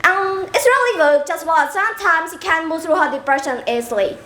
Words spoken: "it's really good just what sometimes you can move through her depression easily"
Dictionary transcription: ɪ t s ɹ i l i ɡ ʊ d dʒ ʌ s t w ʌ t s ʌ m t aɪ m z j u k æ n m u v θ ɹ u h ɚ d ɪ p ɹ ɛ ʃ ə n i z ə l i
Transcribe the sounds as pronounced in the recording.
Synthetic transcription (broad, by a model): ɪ t s ɹ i l i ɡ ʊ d dʒ ʌ s t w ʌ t s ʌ m t aɪ m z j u k æ n m u v θ ɹ u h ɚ d ɪ p ɹ ɛ ʃ ə n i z l i